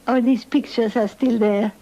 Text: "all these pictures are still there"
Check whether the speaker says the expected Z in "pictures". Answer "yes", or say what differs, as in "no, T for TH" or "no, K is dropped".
no, S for Z